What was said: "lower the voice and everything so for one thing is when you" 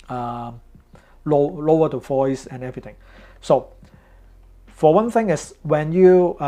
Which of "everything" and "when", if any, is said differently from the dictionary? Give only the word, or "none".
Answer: everything